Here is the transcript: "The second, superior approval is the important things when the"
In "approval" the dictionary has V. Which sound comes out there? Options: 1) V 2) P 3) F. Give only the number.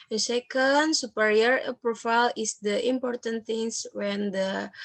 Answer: 3